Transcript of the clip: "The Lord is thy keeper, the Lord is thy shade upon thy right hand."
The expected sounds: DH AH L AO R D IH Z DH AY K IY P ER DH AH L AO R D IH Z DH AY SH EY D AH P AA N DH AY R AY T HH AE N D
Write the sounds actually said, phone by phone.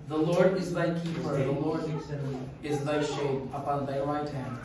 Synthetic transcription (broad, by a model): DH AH L AO R D IH Z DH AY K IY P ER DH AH L AO R D IH Z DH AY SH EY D AH P AA N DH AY W AY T HH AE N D